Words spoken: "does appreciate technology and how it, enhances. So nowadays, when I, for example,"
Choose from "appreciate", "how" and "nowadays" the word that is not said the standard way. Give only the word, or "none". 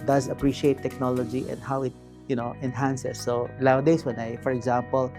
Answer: nowadays